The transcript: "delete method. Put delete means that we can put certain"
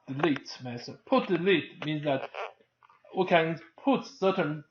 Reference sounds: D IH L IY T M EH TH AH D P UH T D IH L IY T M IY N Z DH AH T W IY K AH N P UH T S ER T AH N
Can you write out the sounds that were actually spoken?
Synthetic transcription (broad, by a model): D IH L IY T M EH S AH P UH T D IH L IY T M IY N Z DH AH T W IY K AH N P UH T S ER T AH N